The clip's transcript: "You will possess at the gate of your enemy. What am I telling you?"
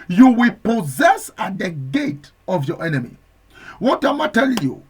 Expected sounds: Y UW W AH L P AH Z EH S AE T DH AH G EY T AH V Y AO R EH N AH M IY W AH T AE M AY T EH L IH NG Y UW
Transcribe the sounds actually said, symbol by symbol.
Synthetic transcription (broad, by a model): Y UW W AH L P AH Z EH S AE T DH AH G EY T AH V Y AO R EH N AH M IY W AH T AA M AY T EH L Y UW